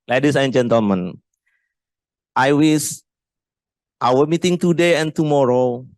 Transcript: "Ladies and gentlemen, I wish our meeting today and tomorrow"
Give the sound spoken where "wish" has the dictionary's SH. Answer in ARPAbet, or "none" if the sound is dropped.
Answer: S